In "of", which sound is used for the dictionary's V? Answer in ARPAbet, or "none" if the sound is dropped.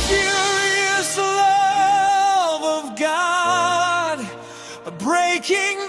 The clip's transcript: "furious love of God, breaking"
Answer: V